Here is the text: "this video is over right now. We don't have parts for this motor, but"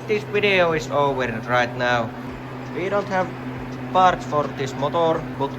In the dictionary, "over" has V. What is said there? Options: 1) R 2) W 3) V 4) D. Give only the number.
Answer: 2